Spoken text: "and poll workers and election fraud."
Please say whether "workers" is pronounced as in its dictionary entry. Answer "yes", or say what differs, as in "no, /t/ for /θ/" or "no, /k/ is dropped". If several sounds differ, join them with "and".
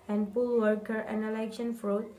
no, /z/ is dropped